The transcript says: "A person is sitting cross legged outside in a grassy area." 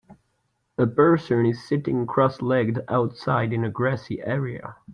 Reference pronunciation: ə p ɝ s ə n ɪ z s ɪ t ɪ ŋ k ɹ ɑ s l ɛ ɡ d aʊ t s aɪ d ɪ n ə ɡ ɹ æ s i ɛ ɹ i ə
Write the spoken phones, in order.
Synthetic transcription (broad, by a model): ə b ɝ s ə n ɪ z s ɪ t ɪ ŋ k ɹ ɑ s l ɛ ɡ d aʊ t s aɪ d ɪ n ə ɡ ɹ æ s i ɛ ɹ i ə